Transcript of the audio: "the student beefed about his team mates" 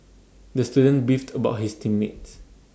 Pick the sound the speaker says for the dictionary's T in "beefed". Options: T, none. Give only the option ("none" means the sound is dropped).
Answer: T